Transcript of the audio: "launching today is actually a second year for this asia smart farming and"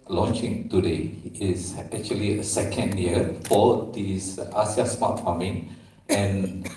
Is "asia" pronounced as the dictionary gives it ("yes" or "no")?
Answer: no